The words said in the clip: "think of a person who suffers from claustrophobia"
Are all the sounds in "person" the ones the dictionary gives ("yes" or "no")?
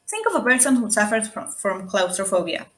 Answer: no